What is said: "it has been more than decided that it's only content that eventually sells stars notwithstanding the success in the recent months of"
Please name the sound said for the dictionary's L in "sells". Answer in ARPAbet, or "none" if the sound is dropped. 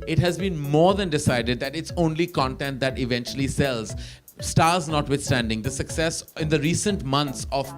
L